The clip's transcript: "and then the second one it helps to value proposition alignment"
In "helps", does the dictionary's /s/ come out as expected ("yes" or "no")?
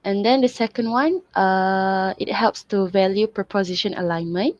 yes